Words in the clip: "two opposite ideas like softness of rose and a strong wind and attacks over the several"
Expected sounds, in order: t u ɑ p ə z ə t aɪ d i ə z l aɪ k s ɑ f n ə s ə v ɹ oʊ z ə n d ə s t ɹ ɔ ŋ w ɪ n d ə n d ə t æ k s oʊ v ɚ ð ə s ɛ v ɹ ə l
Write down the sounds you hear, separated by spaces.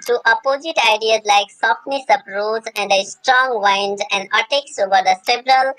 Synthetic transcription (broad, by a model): t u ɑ p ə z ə t aɪ d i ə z l aɪ k s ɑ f n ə s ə p ɹ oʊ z ə n d ə s t ɹ ɔ ŋ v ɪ n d ə n d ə t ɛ k s oʊ v ɚ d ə s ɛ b ɹ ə l